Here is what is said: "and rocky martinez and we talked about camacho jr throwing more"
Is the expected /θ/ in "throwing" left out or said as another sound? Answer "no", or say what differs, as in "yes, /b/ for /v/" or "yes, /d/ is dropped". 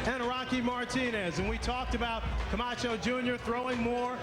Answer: no